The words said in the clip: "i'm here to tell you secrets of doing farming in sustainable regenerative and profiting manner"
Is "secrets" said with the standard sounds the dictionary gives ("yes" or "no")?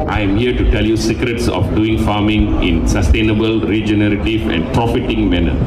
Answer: yes